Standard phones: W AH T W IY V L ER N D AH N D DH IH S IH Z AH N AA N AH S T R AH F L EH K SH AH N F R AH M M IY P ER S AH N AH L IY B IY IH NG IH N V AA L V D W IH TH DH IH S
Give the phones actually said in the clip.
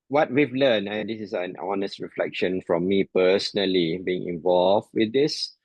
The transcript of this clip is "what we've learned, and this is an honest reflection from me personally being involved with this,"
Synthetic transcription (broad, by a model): W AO T W IY V L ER N AH N D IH S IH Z AH N AA N AH S T R AH F L EH K SH AH N F R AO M M IY P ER S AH N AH L IY B IY IH NG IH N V AA L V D W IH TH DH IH S